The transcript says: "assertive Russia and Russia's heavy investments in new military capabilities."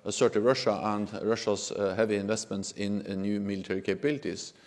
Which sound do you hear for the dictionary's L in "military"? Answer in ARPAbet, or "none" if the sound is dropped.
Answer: L